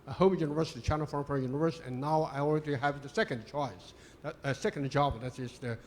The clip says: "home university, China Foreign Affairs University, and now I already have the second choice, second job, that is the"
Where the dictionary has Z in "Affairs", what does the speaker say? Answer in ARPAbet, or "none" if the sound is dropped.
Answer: none